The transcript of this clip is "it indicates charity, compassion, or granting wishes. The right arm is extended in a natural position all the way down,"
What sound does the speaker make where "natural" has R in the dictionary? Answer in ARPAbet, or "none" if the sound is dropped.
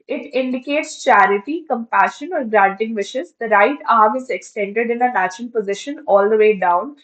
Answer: none